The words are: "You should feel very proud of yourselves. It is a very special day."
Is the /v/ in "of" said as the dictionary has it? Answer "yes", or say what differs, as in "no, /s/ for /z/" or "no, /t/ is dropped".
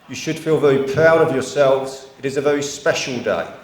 yes